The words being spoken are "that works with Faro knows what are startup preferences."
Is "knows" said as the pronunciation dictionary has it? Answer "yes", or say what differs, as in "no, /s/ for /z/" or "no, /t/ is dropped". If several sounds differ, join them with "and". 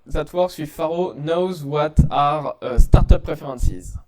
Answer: yes